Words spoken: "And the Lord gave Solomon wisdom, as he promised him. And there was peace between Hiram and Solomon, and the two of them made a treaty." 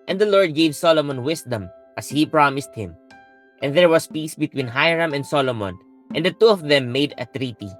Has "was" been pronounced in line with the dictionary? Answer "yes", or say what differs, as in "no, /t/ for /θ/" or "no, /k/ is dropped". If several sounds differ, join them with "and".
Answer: no, /s/ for /z/